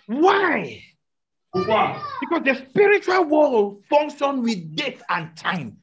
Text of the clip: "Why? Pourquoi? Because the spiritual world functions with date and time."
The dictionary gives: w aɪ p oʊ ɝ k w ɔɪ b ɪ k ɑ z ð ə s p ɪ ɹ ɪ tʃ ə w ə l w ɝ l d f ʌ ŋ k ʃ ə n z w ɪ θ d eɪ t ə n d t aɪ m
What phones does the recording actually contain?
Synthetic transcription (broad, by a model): w aɪ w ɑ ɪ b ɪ k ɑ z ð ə s p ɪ ɹ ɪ tʃ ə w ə l w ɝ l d f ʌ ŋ k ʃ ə n w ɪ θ d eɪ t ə n t aɪ m